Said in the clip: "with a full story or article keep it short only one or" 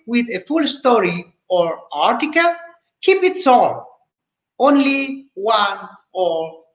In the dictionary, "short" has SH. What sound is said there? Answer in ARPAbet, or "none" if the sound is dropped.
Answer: S